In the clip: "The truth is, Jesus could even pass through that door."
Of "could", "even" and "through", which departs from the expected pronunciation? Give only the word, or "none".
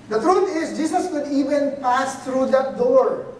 through